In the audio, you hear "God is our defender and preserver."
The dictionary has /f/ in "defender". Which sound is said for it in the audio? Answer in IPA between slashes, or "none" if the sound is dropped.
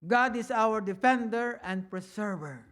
/f/